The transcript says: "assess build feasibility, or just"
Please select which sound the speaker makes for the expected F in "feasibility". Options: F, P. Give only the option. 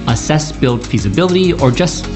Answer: F